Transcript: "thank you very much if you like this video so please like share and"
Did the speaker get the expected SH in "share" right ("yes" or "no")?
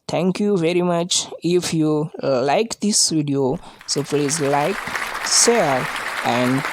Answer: no